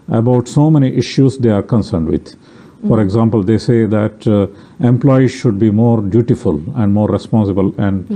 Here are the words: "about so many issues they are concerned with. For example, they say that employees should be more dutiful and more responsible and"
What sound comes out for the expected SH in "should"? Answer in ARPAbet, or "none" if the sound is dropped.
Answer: SH